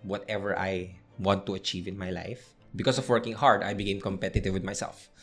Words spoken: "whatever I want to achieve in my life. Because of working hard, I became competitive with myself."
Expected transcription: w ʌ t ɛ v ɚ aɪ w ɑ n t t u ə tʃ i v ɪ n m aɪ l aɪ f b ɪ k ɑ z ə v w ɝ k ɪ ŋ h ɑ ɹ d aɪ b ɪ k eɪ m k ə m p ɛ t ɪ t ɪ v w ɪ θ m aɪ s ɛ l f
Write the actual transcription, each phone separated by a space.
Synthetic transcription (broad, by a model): w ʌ t ɛ v ɚ aɪ w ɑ n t t u ə tʃ i v ɪ n m aɪ l aɪ f b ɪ k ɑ s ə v w ɝ k ɪ ŋ h ɑ ɹ d aɪ b ɪ k eɪ m k ə m p ɛ t ɪ t ɪ v w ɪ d m aɪ s ɛ l f